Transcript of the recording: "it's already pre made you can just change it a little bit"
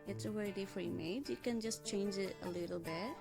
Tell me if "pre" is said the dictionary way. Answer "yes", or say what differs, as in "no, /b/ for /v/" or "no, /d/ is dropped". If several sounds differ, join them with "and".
no, /f/ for /p/